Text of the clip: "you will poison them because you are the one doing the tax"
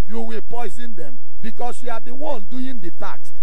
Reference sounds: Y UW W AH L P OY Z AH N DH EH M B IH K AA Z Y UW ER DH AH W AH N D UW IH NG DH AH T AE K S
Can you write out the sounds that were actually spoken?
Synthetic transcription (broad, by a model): Y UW W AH P OY Z AH N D EH M B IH K AA S Y UW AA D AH W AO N D UW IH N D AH T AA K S